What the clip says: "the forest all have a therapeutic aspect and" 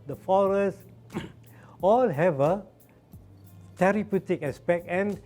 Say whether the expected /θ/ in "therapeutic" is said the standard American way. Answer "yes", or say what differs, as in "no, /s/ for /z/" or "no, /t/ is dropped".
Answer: no, /t/ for /θ/